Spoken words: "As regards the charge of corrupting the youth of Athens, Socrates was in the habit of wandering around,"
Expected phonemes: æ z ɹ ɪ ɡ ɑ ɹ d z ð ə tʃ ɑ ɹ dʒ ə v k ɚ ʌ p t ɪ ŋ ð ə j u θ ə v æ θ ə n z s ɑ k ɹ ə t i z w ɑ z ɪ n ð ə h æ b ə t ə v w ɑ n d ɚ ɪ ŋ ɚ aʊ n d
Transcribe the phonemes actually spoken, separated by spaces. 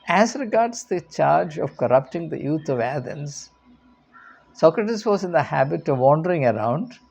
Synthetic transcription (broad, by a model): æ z ɹ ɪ ɡ ɑ ɹ d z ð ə tʃ ɑ ɹ dʒ ə v k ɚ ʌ p t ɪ ŋ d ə j u t ə v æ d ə n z s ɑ k ɹ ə t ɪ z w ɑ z ɪ n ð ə h æ b ə t ə v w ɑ n d ɚ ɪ ŋ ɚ aʊ n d